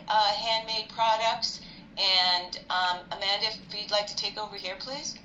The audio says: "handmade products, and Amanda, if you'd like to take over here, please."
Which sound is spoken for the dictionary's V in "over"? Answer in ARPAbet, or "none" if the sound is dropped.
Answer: V